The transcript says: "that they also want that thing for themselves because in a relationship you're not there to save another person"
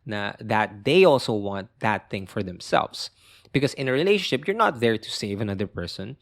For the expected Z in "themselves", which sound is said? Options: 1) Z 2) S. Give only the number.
2